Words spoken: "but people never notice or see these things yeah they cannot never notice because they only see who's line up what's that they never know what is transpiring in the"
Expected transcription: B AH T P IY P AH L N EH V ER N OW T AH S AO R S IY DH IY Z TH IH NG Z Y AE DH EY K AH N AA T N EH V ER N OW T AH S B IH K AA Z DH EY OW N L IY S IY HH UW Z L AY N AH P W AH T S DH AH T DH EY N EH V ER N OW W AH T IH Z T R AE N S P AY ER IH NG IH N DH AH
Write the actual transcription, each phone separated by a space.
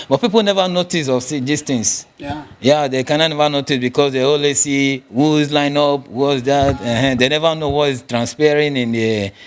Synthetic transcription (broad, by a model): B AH T P IY P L N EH V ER N OW T AH S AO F S IY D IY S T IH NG S Y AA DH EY K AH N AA N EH V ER N OW T AH S B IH K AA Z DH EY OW L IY S IY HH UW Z L AY N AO P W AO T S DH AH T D EY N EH V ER N OW W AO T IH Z T R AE N S P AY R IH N IH N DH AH